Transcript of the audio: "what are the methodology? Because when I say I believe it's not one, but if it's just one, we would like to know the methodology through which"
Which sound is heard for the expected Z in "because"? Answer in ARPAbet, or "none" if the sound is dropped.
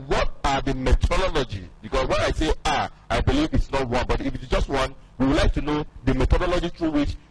S